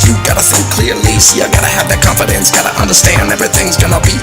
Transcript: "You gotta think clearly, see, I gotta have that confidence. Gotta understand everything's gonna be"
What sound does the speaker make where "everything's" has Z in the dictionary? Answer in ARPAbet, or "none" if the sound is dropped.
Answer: Z